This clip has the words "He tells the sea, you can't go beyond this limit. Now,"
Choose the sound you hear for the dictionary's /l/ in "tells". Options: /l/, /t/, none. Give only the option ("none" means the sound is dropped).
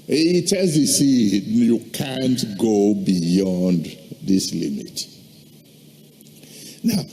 none